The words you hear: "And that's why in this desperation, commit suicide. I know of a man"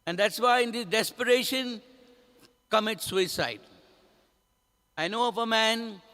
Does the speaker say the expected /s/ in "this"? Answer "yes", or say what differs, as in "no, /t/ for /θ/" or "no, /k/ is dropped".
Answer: no, /s/ is dropped